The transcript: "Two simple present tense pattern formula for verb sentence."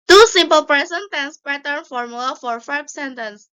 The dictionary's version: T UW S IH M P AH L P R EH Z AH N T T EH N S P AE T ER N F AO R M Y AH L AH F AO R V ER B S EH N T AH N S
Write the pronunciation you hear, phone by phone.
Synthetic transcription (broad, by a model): T UW S IH M P AH L P R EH S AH N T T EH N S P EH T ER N F AO R M Y AH L AH F AO R F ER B S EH N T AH N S